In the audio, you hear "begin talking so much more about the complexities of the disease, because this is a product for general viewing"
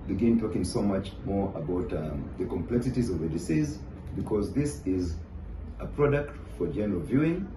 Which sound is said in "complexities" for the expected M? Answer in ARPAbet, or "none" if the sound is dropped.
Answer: M